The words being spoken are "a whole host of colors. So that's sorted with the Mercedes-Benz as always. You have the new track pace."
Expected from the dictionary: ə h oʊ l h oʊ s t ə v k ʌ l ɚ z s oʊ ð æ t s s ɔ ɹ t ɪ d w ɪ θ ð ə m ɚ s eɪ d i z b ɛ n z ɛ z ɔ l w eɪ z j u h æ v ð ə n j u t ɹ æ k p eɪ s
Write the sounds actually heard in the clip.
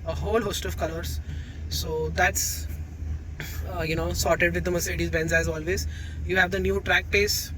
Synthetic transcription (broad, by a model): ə h oʊ l h oʊ s t ə v k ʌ l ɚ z s oʊ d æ t s s ɔ ɹ t ɪ d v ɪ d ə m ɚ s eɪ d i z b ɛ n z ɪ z ɔ l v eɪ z j u h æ v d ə n j u t ɹ æ k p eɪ s